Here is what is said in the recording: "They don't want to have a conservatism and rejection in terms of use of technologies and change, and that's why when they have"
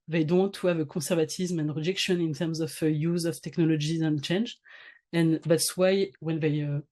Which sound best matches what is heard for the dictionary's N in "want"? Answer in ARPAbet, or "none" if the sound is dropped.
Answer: none